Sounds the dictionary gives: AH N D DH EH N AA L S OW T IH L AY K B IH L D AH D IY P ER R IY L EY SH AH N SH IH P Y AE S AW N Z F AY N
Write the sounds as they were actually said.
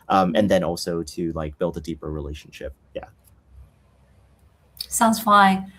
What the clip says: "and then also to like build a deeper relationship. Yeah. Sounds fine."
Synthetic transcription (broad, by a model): AH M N DH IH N AA L S OW T IH L AY K B IH L D AH D IY P ER R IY L EY SH N SH IH P Y AE S AW N Z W AY